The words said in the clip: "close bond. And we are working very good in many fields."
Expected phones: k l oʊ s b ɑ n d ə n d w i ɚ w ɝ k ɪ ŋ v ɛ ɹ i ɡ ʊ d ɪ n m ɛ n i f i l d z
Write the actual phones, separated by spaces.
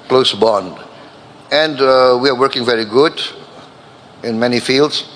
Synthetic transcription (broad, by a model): k l oʊ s b ɑ n d ə n d w i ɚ w ɝ k ɪ ŋ v ɛ ɹ i ɡ ʊ d ɪ n m ɛ n i f i l d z